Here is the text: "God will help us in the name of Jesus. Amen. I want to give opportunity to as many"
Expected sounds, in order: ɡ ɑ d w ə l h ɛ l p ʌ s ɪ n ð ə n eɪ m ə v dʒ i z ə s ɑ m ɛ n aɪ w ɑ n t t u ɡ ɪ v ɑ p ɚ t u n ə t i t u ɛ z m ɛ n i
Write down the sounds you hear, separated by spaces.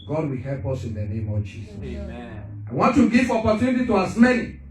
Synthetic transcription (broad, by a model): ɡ ɑ d w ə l h ɛ l p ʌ s ɪ n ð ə n eɪ m ə v dʒ i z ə s ɑ ɪ w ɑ n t t u ɡ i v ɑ p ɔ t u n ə t i t u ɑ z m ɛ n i